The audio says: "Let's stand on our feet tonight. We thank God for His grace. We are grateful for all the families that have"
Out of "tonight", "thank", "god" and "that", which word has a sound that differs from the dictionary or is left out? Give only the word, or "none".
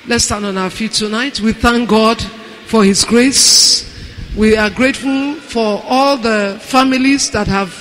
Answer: none